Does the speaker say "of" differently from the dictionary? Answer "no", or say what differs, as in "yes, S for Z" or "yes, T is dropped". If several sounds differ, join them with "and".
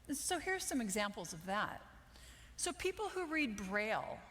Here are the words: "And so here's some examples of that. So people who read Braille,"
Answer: no